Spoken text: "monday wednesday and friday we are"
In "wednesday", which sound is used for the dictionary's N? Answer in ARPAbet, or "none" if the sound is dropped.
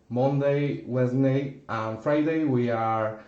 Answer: none